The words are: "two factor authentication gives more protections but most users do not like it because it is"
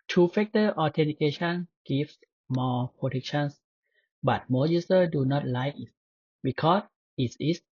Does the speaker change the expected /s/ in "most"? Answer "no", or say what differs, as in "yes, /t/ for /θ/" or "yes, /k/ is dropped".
yes, /s/ is dropped